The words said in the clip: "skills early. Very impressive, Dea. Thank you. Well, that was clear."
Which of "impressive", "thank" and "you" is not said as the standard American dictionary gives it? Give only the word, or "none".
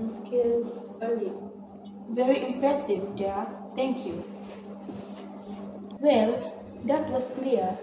thank